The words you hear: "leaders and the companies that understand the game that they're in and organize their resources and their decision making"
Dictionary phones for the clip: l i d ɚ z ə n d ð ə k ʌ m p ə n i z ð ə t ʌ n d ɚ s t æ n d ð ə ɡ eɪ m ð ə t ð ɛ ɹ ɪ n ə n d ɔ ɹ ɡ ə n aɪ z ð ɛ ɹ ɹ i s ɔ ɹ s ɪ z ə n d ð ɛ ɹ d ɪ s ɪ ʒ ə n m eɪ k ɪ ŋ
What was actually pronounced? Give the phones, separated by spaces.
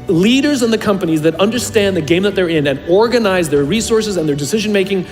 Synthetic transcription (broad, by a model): l i d ɚ z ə n ð ə k ʌ m p ə n i z ð ə t ʌ n d ɚ s t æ n ð ə ɡ eɪ m ð ə t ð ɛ ɹ ɪ n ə n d ɔ ɹ ɡ ə n aɪ z ð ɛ ɹ ɹ i s ɔ ɹ s ɪ z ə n ð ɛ ɹ d ɪ s ɪ ʒ ə n m eɪ k ɪ ŋ